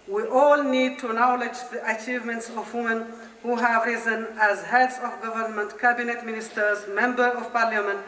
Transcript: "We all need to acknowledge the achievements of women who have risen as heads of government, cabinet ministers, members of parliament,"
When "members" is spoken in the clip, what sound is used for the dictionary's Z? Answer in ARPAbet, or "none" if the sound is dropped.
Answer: none